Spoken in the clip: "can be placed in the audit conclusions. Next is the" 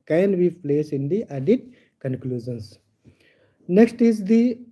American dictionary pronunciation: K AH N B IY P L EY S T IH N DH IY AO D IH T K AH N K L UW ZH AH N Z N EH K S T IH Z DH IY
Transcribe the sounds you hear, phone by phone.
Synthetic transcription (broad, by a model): K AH N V IY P L EY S IH N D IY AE D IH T K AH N K L UW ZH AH N S N EH K S T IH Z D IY